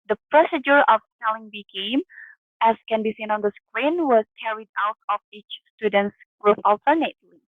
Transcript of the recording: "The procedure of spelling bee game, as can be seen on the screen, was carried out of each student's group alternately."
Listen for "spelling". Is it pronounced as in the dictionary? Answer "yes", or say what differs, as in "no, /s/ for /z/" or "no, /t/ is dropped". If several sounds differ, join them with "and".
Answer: no, /p/ is dropped